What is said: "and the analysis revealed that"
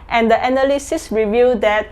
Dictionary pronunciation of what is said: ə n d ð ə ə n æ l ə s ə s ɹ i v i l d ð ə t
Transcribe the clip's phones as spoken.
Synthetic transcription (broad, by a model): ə n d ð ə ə n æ l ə s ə s ɹ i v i d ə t